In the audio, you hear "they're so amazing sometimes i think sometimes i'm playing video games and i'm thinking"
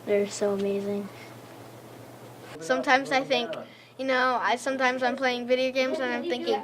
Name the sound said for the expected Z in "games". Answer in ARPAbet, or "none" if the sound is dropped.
Z